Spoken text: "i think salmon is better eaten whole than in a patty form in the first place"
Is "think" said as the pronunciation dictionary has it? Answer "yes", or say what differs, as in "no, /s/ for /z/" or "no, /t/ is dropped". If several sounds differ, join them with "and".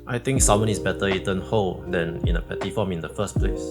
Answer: no, /t/ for /θ/